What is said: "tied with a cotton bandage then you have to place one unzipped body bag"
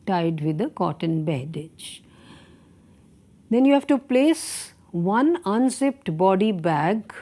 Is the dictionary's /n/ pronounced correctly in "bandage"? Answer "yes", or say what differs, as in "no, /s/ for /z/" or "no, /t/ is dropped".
no, /n/ is dropped